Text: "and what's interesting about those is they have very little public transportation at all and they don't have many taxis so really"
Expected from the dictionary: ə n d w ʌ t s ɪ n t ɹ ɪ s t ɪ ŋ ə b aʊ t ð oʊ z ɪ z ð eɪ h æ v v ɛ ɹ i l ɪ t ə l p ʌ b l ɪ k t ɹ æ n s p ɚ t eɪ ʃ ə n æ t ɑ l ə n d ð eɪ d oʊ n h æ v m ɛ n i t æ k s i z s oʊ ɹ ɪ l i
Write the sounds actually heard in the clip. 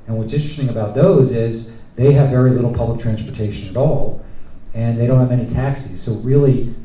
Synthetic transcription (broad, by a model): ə n w ʌ t s ɪ n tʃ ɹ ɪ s t ɪ ŋ ə b aʊ t ð oʊ z ɪ z ð eɪ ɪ v v ɛ ɹ i l ɪ t l p ʌ b l ɪ k t ɹ æ n s p ɚ t eɪ ʃ ə n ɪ t ɑ l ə n ð eɪ d oʊ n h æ v ɛ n i t æ k s i z s oʊ ɹ ɪ l i